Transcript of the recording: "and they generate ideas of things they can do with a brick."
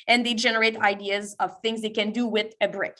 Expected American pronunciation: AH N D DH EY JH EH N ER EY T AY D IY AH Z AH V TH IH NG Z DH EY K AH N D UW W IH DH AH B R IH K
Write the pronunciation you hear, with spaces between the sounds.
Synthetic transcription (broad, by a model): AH N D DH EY JH EH N ER EY T AY D IY AH Z AH V TH IH NG Z DH EY K AH N D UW W IH DH AH B R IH K